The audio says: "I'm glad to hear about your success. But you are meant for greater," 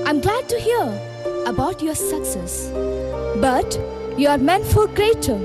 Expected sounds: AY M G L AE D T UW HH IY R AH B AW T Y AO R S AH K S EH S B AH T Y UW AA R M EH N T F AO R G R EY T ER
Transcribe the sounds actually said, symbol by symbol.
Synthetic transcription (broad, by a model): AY M G L AE D T UW HH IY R AH B AW T Y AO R S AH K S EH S B AH T Y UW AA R M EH N F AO L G R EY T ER